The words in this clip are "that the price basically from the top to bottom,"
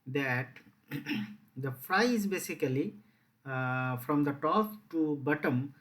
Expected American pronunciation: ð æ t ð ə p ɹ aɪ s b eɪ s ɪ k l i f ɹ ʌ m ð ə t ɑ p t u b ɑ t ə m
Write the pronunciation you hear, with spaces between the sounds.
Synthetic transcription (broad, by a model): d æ t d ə f ɹ aɪ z b eɪ s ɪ k l i f ɹ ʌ m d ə t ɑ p t u b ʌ t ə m